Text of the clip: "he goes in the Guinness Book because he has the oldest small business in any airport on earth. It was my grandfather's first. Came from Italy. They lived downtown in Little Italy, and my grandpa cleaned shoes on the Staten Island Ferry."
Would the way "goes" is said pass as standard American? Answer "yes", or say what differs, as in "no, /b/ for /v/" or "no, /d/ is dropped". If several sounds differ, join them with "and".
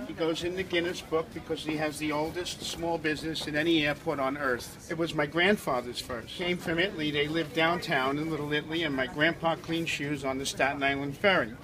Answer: yes